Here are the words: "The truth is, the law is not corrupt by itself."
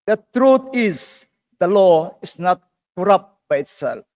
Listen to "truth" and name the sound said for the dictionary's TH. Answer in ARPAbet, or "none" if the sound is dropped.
T